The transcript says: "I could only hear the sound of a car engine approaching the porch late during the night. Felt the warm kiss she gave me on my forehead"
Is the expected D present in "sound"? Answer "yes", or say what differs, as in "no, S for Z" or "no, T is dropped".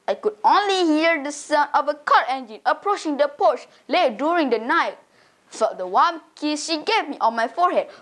no, D is dropped